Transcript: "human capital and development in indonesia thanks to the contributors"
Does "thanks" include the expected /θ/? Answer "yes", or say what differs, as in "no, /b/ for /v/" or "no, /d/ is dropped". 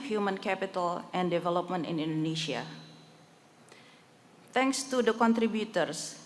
no, /t/ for /θ/